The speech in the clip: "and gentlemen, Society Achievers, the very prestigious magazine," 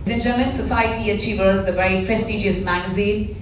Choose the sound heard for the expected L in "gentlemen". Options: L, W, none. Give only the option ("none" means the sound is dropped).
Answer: none